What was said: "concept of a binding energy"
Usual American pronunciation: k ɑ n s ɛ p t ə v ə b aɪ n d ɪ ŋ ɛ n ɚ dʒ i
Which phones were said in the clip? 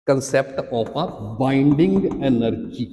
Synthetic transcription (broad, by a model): k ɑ n s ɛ p t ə p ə b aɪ n d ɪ ŋ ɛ n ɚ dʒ i